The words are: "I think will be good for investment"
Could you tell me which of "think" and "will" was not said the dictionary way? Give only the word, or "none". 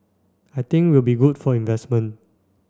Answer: think